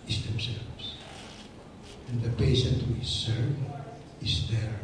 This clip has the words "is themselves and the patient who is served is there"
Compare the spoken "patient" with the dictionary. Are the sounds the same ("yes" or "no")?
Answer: no